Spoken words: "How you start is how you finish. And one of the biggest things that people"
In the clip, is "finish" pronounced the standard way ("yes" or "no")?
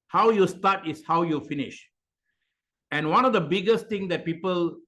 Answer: yes